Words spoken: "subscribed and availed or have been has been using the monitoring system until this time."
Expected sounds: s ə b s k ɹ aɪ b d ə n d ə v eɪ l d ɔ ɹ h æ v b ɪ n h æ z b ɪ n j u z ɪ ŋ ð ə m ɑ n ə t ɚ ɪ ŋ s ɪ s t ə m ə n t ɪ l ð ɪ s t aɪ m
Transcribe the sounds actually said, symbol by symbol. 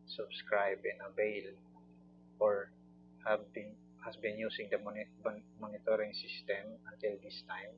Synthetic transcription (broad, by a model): s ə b s k ɹ aɪ b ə n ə b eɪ l ɔ ɹ h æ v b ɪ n h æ s b ɪ n j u s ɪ ŋ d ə m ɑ n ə t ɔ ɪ ŋ s ɪ s t ə m ə n t ɪ l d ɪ s t aɪ m